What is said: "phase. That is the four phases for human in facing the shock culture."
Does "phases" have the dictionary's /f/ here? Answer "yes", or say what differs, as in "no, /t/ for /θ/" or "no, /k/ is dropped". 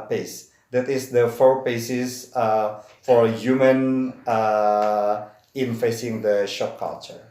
no, /p/ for /f/